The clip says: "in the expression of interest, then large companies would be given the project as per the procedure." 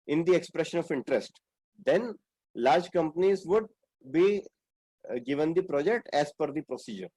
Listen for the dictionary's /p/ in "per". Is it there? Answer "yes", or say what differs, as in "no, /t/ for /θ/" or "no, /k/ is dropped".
no, /f/ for /p/